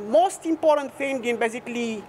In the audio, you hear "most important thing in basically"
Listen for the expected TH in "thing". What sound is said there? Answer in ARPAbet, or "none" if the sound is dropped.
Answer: F